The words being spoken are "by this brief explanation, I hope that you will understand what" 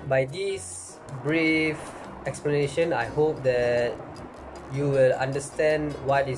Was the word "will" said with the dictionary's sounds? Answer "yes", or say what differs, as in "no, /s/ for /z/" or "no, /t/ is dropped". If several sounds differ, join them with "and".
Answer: yes